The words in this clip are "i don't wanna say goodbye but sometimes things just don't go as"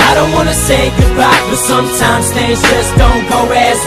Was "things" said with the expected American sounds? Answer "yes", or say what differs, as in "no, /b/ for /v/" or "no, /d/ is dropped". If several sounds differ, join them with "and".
no, /ŋ/ is dropped